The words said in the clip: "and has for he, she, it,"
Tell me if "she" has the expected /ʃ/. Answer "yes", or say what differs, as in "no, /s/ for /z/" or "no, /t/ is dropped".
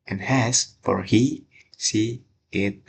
no, /s/ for /ʃ/